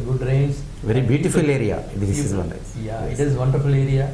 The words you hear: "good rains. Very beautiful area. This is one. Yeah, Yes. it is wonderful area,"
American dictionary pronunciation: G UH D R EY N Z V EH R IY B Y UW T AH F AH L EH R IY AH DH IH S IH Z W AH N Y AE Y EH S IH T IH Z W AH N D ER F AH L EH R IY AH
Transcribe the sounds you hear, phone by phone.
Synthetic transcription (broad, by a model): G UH D R EY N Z V EH R IY B Y UW T AH F AH L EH R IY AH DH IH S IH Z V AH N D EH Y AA IH T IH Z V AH N D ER F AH L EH R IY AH